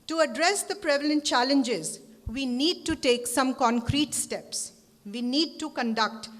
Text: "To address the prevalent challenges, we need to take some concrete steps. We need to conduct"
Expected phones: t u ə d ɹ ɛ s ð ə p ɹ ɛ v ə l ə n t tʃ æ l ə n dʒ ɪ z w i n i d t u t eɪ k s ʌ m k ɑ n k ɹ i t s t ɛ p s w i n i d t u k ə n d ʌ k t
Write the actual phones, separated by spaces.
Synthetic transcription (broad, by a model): t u ə d ɹ ɛ s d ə p ɹ ɛ v ə l ə n t tʃ æ l ə n dʒ ɪ z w i n i d t u t eɪ k s ʌ m k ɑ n k ɹ i t s t ɛ p s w i n i d t u k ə n d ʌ k t